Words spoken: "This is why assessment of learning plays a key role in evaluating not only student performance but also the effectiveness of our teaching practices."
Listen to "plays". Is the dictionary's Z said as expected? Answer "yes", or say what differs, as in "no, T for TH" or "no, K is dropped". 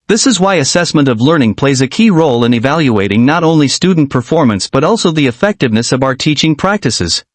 yes